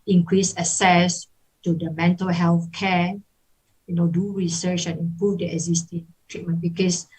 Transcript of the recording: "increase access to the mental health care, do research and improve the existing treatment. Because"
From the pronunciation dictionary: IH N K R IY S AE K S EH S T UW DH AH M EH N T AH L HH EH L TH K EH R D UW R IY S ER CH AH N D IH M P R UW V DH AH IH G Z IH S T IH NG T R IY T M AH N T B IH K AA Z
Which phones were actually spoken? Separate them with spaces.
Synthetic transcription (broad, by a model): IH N K R IY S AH S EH S T UW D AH M EH N T AH L HH EH L TH K EH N D UW R IY S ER CH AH N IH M P R UW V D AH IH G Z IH S T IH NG T R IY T M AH N B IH K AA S